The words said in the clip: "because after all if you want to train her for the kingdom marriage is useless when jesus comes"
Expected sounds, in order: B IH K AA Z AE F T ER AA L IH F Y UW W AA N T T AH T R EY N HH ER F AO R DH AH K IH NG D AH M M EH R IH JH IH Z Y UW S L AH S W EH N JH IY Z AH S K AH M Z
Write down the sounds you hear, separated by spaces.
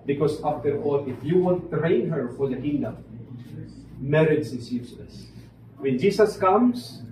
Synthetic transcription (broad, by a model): B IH K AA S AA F T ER AA L IH F Y UW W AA N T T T R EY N HH ER F AO R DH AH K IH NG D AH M M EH R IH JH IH S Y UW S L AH S W EH N JH IY S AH S K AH M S